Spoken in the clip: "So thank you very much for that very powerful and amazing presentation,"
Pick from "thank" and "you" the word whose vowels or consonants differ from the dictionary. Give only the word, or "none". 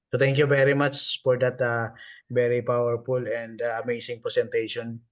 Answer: thank